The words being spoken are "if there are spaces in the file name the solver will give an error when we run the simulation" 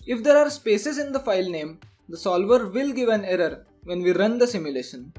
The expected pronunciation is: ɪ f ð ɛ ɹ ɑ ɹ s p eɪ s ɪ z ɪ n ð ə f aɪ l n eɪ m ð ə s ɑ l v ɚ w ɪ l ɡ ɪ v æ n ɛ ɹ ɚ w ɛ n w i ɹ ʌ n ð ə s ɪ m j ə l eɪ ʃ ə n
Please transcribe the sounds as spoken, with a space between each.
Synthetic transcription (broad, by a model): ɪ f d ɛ ɹ ɑ ɹ s p eɪ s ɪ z ɪ n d ə f aɪ l n eɪ m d ə s ɑ l v ɚ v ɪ l ɡ ɪ v æ n ɛ ɹ ɚ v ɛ n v i ɹ ʌ n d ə s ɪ m j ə l eɪ ʃ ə n